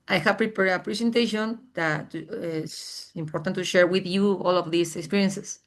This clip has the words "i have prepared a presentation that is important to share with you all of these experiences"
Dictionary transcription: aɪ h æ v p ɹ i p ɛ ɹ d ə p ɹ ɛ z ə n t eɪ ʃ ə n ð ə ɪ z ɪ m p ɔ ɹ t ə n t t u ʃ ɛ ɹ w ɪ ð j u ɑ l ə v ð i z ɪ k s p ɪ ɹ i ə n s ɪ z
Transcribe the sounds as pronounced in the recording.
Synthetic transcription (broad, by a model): aɪ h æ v p ɹ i p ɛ ɹ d ə p ɹ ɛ s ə n t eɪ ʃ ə n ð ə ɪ s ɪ m p ɔ ɹ t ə n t t u ʃ ɛ ɹ w ɪ ð j u ɑ l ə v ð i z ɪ k s p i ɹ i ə n s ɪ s